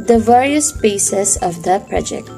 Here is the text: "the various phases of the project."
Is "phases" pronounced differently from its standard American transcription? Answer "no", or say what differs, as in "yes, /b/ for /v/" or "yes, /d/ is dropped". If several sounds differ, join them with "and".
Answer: yes, /p/ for /f/ and /s/ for /z/